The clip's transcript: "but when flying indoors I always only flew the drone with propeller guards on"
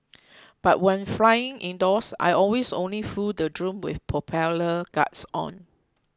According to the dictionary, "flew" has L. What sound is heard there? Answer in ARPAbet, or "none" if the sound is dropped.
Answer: none